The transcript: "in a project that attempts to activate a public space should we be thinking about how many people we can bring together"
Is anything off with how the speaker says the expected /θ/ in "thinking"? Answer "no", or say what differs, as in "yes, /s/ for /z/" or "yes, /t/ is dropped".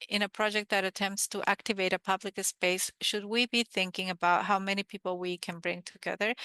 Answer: no